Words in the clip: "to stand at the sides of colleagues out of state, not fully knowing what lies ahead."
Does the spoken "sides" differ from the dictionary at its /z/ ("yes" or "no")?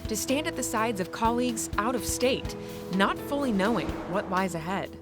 no